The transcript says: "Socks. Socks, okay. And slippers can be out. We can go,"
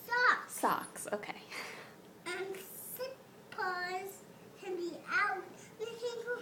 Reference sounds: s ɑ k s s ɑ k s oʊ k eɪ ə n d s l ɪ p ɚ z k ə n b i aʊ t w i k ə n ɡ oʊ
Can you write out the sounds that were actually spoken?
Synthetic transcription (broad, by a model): s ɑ k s s ɑ k s oʊ k eɪ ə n s ɪ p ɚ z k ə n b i aʊ t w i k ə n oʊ